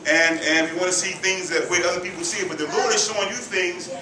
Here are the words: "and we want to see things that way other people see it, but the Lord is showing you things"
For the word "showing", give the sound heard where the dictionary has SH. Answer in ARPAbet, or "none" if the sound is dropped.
S